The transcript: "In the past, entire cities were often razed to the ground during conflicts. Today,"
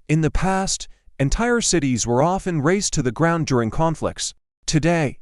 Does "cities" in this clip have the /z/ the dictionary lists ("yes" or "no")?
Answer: yes